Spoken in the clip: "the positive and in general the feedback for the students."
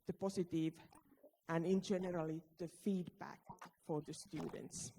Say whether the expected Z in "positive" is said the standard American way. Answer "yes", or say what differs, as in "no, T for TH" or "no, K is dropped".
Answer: no, S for Z